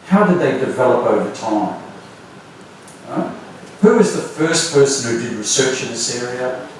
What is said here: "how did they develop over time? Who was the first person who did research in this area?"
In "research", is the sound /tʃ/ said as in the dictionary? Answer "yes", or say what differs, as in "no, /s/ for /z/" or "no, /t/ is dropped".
yes